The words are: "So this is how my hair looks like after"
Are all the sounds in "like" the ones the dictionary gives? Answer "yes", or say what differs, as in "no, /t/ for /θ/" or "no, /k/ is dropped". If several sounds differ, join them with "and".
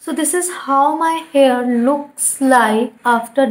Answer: no, /k/ is dropped